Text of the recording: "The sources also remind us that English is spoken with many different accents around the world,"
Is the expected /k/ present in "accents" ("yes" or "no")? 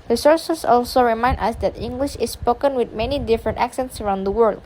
yes